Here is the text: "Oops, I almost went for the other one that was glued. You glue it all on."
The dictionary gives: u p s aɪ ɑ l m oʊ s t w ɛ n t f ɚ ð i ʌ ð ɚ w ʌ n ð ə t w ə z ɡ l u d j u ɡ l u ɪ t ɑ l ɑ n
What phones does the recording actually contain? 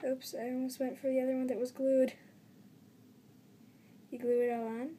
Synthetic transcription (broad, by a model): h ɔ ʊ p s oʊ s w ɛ n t f ɚ ð i ʌ ð ɚ w ʌ n ð ə t w ə z ɡ l u d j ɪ ɡ l u ɪ t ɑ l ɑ n